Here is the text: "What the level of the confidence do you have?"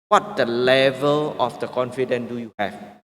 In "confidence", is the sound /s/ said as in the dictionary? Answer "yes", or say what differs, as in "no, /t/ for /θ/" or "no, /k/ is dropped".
no, /s/ is dropped